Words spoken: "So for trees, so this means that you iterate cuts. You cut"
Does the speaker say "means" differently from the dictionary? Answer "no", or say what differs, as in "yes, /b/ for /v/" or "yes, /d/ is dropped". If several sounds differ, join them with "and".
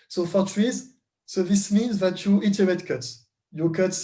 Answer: no